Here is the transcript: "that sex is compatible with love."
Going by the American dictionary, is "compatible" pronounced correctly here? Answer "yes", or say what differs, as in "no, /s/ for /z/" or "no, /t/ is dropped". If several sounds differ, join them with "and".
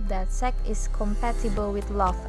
yes